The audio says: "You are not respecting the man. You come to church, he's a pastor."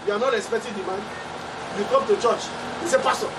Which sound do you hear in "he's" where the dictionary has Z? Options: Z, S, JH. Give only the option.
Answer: S